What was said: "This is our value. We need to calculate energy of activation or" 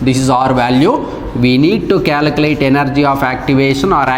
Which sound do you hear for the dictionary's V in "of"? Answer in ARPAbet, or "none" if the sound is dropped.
P